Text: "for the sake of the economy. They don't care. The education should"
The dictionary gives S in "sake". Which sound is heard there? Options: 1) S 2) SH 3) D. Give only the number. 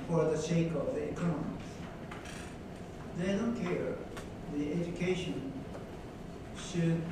2